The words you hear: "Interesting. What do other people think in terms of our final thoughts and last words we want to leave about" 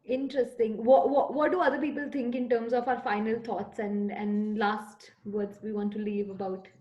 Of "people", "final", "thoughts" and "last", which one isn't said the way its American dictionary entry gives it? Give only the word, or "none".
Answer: thoughts